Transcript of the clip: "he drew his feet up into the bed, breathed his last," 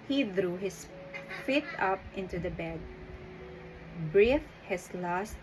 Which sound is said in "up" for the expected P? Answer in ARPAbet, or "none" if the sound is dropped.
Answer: P